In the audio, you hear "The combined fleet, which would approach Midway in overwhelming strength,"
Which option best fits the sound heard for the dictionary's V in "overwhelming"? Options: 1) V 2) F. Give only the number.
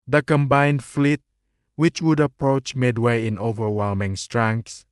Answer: 1